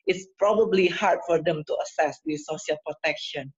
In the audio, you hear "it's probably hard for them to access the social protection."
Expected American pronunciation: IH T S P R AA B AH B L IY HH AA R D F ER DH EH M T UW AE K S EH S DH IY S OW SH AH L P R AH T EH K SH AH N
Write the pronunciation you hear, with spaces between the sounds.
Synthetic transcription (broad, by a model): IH T S P R AA B AH B L IY HH AA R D F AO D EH M T UW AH S EH S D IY S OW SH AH L P R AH T EH K SH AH N